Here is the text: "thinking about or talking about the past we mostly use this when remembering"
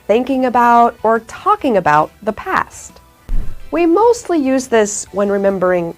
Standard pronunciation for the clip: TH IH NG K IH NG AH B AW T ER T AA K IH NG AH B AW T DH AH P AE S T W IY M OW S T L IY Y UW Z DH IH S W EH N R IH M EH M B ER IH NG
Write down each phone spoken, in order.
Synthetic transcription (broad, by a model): TH IH NG K IH NG AH B AW T ER T AA K IH NG AH B AW T DH AH P AE S T W IY M OW S T L IY Y UW Z DH IH S W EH N R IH M EH M B ER IH NG